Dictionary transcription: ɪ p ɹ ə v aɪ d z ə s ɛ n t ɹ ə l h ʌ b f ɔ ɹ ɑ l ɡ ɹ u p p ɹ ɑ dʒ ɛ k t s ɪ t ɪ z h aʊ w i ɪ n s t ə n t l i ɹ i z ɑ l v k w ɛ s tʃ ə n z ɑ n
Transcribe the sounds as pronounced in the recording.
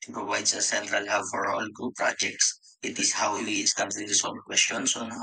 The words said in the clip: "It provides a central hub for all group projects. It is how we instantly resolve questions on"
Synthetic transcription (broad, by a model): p ɹ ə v aɪ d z ə s ɛ n t ɹ ə l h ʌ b f ɔ ɹ ɑ l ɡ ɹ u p p ɹ ɑ dʒ ɛ k t s ɪ t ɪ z h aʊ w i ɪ s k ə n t i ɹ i s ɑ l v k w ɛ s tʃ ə n s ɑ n